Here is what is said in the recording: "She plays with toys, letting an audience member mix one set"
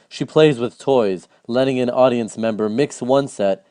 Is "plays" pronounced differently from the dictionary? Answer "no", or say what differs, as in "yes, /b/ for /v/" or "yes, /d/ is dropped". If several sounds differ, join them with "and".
no